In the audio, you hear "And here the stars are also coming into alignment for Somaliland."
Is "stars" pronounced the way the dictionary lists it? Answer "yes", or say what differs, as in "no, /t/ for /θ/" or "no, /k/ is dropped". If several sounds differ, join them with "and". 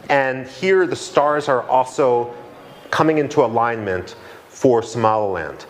yes